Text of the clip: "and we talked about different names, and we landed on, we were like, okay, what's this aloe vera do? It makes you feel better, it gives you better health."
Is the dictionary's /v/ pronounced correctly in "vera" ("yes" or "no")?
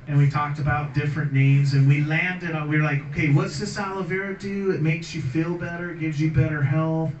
yes